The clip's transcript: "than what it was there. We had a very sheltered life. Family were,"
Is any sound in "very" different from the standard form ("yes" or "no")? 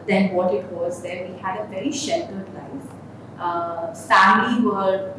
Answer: no